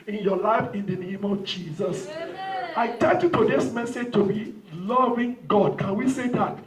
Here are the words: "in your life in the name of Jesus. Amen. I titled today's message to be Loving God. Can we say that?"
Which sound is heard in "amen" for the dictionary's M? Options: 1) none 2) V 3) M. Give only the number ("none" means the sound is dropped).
1